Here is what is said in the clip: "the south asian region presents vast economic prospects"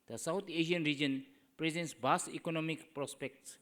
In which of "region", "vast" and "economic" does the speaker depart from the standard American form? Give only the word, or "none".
vast